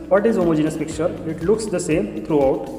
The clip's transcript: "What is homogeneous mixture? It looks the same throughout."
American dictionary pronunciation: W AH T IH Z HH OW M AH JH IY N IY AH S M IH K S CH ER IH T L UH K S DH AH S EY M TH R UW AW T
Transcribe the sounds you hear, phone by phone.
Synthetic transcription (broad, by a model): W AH T IH Z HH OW M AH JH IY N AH S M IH K CH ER IH T L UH K S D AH S EY M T R UW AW T